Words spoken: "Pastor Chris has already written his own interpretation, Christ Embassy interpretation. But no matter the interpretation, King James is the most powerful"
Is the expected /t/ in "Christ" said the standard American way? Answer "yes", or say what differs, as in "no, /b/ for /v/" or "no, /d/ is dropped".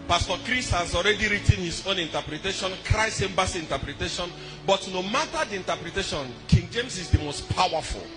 no, /t/ is dropped